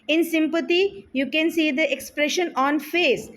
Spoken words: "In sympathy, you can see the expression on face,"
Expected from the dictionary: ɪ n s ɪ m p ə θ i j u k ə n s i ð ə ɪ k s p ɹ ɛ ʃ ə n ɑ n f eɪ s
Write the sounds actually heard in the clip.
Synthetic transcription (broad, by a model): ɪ n s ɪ m p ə t i j u k ə n s i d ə ɪ k s p ɹ ɛ ʃ ə n ɑ n f eɪ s